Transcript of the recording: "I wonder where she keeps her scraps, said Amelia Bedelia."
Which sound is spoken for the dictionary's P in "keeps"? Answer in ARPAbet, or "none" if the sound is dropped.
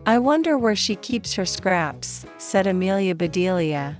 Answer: P